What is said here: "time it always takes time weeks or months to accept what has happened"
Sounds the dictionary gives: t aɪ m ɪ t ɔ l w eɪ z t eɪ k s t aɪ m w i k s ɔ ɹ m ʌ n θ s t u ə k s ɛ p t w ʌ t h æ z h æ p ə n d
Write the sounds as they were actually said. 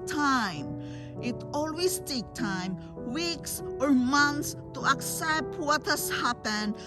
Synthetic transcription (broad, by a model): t aɪ m ɪ t ɔ l w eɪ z t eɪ k t aɪ m w i k s ɔ ɹ m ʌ n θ s t u ə k s ɛ p t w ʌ t h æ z h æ p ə n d